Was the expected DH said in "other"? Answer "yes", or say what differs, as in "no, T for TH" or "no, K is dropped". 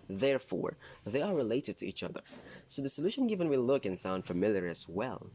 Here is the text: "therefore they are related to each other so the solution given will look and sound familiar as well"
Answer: yes